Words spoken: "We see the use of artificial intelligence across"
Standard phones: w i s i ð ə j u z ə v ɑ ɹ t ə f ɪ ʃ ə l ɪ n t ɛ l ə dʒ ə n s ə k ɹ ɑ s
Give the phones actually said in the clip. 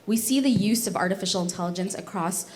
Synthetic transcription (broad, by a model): w i s i ð ə j u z ə v ɑ ɹ t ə f ɪ ʃ l ɪ n t ɛ l ə dʒ ə n s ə k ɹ ɑ s